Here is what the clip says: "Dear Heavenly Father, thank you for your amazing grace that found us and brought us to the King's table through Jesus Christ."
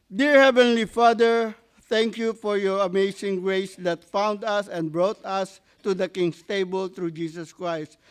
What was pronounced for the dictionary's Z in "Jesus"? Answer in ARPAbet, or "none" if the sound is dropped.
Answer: S